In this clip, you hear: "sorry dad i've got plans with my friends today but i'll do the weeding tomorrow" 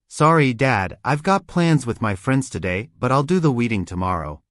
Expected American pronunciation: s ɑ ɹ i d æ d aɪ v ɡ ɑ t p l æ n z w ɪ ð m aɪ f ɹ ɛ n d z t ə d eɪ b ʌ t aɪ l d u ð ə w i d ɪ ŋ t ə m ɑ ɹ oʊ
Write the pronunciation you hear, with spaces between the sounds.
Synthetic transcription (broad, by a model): s ɑ ɹ i d æ d aɪ v ɡ ɑ t p l æ n z w ɪ ð m aɪ f ɹ ɛ n d z t ə d eɪ b ʌ t aɪ l d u ð ə w i d ɪ ŋ t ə m ɑ ɹ oʊ